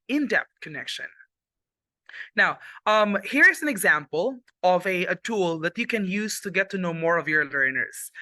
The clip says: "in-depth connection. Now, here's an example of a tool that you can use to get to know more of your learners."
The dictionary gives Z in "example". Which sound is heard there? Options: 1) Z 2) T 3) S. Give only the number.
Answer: 1